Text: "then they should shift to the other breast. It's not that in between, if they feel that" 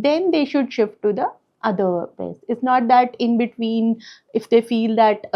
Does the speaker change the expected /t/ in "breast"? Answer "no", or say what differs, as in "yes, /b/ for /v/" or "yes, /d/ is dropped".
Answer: yes, /t/ is dropped